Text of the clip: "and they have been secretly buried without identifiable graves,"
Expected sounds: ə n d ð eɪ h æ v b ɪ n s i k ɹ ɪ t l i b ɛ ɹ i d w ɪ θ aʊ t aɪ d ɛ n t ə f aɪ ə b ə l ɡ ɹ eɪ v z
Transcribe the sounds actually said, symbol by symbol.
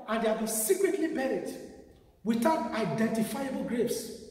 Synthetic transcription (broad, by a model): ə n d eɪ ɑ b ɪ s i k ɹ ɪ t l i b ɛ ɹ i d w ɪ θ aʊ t aɪ d ɛ n t ə f aɪ ə b ə l ɡ ɹ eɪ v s